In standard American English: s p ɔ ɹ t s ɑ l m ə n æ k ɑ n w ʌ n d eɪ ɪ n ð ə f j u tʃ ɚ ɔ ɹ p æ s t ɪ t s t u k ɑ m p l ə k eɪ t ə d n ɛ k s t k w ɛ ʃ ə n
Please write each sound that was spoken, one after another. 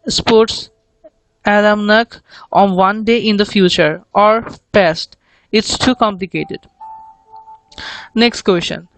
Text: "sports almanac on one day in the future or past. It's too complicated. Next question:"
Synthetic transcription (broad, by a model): s p ɔ ɹ t s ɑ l m n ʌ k ɑ n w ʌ n d eɪ ɪ n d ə f j u tʃ ɚ ɔ ɹ p æ s t ɪ t s t u k ɑ m p l ə k eɪ t ə d n ɛ k s t k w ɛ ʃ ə n